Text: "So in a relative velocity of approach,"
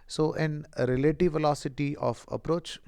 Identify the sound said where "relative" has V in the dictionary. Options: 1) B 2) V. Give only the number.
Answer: 2